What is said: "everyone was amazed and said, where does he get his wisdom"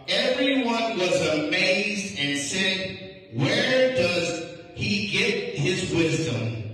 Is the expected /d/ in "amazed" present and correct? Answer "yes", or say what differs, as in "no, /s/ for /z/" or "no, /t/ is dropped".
yes